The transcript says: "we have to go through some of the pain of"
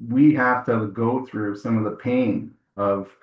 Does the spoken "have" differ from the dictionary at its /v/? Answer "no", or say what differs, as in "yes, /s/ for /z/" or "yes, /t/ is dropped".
yes, /f/ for /v/